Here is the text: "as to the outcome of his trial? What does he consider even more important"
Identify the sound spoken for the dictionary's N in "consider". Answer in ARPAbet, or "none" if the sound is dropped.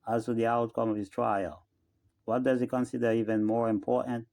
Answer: N